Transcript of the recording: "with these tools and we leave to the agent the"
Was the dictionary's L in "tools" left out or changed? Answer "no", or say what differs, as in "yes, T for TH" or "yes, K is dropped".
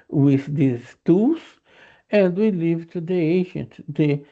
yes, L is dropped